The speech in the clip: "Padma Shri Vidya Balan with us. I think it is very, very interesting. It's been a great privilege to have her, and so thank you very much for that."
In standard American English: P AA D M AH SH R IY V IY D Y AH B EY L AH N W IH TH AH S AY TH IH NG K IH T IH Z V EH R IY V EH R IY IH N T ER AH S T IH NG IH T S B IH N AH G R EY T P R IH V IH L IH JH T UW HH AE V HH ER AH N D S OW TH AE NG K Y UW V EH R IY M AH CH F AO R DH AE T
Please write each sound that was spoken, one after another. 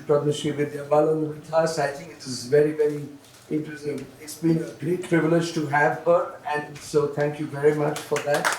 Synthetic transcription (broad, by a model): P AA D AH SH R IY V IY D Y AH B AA L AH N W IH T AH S AY T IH NG K IH T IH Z V EH R IY V EH R IY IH T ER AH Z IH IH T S B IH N AH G R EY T P R IH V IH L IH JH T UW HH AE V HH ER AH N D S OW T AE NG K Y UW V EH R IY M AH CH F AO R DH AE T